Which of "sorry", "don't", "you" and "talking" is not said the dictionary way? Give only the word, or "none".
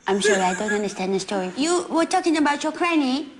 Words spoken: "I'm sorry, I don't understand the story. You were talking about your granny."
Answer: sorry